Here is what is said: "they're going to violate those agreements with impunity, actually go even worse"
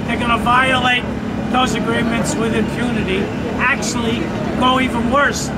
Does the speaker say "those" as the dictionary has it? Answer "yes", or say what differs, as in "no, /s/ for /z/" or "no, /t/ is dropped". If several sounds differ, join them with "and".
yes